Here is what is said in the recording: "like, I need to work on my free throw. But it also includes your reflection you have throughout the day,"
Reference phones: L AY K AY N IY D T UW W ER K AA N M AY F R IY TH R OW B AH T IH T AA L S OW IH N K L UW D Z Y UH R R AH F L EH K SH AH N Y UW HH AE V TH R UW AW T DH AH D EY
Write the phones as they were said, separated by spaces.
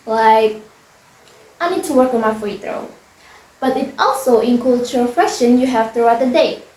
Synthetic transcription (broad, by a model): L AY K AY N IY D T UW W ER K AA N M AY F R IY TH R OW B AH T IH T AA L S OW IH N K UW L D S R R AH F EH SH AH N Y UW HH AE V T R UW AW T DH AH D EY